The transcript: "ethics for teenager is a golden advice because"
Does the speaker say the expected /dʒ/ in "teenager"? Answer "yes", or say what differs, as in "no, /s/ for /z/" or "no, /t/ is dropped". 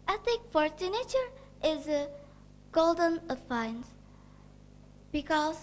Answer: no, /tʃ/ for /dʒ/